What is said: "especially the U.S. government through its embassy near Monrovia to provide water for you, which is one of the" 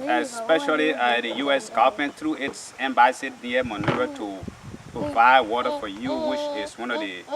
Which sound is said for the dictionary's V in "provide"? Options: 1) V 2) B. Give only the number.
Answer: 2